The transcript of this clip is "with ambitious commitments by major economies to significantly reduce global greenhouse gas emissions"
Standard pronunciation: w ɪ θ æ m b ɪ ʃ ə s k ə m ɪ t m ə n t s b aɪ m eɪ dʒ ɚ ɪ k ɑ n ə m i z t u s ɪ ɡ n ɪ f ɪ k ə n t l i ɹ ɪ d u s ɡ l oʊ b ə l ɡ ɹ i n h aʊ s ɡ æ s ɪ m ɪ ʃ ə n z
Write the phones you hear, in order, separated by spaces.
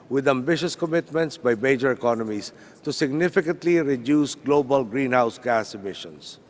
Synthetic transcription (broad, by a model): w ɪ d æ m b ɪ ʃ ə s k ə m ɪ t m ə n t s b aɪ m eɪ dʒ ɚ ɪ k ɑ n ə m i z t u s ɪ ɡ n ɪ f ɪ k ə n t l i ɹ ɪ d u s ɡ l oʊ b ə l ɡ ɹ i n h aʊ s ɡ æ s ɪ m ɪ ʃ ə n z